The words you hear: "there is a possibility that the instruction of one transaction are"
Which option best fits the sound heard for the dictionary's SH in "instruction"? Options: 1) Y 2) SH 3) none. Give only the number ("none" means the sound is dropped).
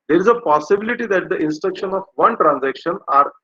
2